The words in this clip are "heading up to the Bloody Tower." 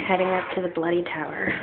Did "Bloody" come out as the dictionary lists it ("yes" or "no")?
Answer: yes